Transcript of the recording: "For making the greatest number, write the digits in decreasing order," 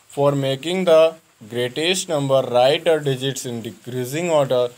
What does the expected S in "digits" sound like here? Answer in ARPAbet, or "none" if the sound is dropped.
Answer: S